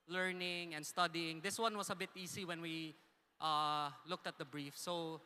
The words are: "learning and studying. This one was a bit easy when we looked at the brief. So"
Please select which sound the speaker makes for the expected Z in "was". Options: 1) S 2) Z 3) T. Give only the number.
1